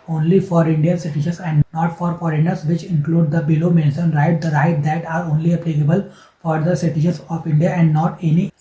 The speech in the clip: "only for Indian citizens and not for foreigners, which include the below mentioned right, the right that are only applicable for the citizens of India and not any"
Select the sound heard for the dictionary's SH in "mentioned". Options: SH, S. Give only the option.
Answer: S